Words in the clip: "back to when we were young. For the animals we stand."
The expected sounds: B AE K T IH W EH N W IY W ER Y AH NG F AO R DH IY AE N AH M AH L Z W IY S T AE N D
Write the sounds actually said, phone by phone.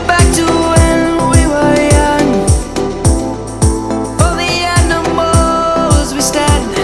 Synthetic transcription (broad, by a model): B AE K T IH W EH N W IY W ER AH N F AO L DH IY AE N AH M AH L Z W IY S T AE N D